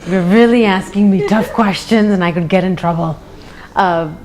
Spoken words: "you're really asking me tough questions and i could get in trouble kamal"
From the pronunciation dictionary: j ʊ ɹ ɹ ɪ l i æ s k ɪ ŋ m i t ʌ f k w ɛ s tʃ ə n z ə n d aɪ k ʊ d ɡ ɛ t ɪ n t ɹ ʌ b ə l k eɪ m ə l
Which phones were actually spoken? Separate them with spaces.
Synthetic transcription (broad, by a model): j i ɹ ɹ ɪ l i æ s k ɪ ŋ m i t ʌ f k w ɛ s tʃ ə n z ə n aɪ k ʊ d ɡ ɛ t ɪ n t ɹ ʌ b ə l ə